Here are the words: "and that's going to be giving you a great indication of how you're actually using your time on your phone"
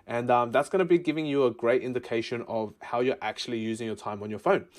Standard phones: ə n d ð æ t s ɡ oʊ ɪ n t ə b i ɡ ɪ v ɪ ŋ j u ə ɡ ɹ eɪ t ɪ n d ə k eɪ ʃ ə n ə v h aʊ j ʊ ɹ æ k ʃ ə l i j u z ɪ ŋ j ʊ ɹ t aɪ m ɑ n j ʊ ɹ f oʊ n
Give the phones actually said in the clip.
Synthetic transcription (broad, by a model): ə n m ð æ t s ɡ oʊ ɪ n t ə b i ɡ ɪ v ɪ ŋ j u ə ɡ ɹ eɪ t ɪ n d ə k eɪ ʃ ə n ə v h aʊ j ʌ ɹ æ k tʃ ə l i j u z ɪ ŋ j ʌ ɹ t aɪ m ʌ n j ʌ ɹ f oʊ n